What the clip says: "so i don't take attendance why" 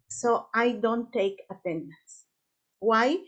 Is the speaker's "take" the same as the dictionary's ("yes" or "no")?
yes